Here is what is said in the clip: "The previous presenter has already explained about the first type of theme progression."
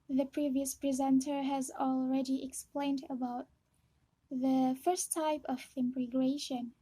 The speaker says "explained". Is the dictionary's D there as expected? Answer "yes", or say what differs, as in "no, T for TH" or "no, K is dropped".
yes